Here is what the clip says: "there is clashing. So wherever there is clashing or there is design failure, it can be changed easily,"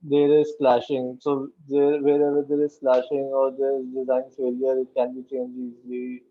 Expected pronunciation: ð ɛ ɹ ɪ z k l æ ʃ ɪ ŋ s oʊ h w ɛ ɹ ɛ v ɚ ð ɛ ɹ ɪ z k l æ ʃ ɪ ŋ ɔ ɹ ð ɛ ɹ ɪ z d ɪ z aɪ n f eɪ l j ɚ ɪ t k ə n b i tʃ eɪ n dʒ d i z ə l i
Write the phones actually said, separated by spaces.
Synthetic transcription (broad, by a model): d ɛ ɹ ɪ z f l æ ʃ ɪ ŋ s oʊ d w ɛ ɹ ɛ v ɚ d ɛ ɹ ɪ z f l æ ʃ ɪ ŋ ɔ ɹ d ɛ ɹ ɪ z d ɪ z aɪ n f eɪ l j ɚ ɪ t k ə n b i tʃ eɪ n dʒ i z l i